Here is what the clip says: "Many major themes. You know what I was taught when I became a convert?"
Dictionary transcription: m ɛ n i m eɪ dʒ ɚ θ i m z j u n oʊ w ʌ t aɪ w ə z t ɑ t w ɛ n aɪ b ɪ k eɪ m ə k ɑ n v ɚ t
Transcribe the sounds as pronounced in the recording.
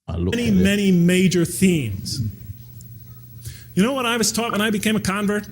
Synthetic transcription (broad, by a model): m ɛ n i m eɪ dʒ ɚ θ i m z j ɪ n oʊ w ʌ t aɪ w ə z t ɑ t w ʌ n aɪ b ɪ k eɪ m ə k ɑ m v ɚ t